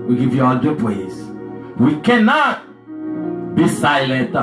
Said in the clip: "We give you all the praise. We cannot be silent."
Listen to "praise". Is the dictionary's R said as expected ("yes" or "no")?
no